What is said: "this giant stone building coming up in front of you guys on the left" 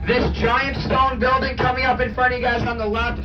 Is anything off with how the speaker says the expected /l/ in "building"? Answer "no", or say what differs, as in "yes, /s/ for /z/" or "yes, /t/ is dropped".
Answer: no